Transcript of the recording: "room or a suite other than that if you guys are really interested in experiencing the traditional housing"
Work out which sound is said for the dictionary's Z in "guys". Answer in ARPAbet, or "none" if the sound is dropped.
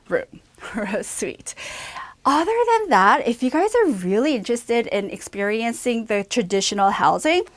Z